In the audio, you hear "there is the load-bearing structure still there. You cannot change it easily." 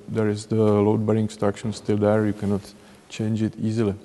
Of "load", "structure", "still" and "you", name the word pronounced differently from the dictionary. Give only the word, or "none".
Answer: structure